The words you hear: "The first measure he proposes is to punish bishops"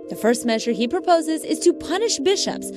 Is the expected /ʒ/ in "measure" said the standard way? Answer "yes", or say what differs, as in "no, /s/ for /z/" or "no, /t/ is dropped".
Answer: yes